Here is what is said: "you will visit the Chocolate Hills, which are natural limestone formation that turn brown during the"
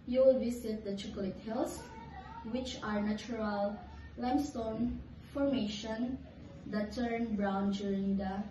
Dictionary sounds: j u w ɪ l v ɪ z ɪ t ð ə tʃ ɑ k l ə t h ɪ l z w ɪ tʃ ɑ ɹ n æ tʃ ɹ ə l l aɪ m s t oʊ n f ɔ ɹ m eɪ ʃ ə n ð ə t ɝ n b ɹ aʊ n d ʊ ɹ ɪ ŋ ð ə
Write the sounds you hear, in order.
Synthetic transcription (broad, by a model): j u w ɪ l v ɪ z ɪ t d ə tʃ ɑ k l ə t h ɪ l s w ɪ tʃ ɑ ɹ n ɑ tʃ ɹ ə l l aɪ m s t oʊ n f ɔ ɹ m eɪ ʃ ə n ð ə t ɝ n b ɹ aʊ n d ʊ ɹ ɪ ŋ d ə